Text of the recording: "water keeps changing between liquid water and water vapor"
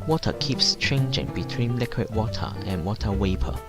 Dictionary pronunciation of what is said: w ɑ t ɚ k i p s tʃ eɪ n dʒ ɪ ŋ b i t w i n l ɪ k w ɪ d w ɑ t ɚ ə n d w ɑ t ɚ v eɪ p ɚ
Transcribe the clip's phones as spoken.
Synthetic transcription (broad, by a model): w ɑ t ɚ k i p s tʃ eɪ n dʒ ɪ ŋ b i t w i n l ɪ k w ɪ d w ɑ t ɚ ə n w ɑ t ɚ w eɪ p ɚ